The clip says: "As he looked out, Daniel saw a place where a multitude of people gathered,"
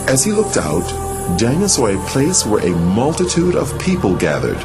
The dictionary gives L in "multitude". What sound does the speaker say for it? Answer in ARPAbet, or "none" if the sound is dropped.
L